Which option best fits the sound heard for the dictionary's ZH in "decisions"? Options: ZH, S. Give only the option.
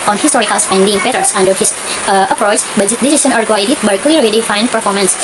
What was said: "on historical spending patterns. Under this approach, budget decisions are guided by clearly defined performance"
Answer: S